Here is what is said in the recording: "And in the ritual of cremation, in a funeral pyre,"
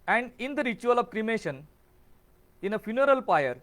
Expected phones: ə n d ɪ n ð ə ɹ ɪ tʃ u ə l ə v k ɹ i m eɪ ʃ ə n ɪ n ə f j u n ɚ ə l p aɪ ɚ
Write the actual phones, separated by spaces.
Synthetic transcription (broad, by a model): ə n d ɪ n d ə ɹ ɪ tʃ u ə l ə v k ɹ i m eɪ ʃ ə n ɪ n ə f j u n ɚ ə l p aɪ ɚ